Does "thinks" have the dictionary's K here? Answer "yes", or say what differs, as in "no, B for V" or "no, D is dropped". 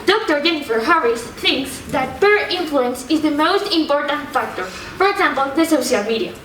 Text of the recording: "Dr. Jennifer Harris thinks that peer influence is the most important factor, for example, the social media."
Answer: yes